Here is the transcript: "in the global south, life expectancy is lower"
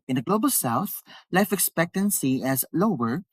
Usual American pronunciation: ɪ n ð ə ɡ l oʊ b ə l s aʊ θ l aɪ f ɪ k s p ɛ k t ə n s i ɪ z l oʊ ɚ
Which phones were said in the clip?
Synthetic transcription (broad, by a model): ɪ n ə ɡ l oʊ b ə l s aʊ θ l aɪ f ɪ k s p ɛ k t ə n s i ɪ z l oʊ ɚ